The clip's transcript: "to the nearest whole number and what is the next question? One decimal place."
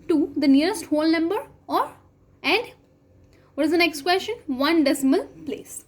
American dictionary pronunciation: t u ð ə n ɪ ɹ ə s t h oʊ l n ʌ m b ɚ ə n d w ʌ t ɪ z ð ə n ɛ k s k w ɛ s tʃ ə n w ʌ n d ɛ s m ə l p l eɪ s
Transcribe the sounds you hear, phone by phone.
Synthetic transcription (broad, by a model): t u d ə n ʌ ɹ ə s t h oʊ l n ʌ m b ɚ ə n d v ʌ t ɪ z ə n ɛ k s k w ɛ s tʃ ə n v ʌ n d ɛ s m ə l p l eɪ s